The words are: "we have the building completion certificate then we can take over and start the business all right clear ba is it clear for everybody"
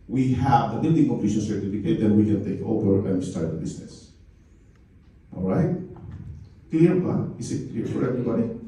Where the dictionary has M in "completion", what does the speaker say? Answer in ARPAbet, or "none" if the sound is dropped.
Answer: none